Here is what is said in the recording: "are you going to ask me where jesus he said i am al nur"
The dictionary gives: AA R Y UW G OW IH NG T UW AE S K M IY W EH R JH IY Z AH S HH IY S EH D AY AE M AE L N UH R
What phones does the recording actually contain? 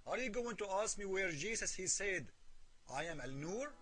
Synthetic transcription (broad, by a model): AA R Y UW G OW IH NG T UW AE S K M IY W EH R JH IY S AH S HH IY S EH D AY AE M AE L N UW R